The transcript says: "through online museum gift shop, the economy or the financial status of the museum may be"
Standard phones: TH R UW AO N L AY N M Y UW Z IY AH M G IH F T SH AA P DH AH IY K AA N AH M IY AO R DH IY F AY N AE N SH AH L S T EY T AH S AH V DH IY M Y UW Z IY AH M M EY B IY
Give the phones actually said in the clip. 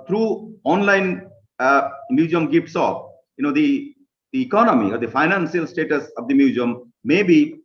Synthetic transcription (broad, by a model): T R UW AO N L AY N M Y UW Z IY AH M G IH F T S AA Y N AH IY K AA N AH M IY AO R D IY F AY N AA N S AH L S T EY T AH S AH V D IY M Y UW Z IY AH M M EY B IY